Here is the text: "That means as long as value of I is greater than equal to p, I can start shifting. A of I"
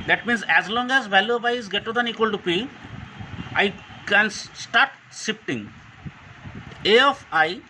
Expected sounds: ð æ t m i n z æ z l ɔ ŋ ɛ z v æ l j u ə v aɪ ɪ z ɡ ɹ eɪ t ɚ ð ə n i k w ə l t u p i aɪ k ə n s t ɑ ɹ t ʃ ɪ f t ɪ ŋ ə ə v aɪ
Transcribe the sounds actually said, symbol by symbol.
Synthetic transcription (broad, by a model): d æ t m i n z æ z l ɔ ŋ ɛ z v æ l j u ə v aɪ ɪ z ɡ eɪ t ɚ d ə n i k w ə l t u p i aɪ k ə n s t ɑ ɹ t s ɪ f t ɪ ŋ ə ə f aɪ